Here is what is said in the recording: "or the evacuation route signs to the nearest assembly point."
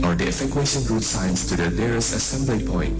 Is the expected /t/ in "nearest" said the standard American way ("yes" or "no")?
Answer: no